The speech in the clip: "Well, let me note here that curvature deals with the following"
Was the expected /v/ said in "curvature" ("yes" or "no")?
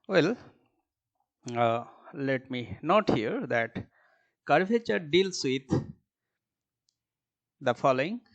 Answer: no